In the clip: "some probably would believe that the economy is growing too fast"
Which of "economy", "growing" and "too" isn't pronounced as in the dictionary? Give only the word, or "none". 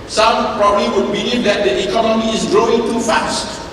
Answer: none